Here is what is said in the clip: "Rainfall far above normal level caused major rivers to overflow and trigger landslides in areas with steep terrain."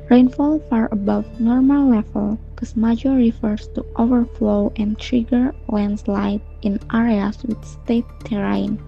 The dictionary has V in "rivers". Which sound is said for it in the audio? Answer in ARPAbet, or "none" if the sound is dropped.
F